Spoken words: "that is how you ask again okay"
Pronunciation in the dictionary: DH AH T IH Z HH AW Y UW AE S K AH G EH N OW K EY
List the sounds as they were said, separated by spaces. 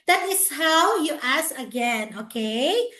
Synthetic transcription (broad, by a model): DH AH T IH S HH AW Y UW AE S AH G EH N OW K EY